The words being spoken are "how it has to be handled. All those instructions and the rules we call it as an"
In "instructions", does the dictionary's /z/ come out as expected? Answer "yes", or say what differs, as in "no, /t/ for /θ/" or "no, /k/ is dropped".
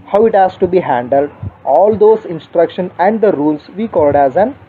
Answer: no, /z/ is dropped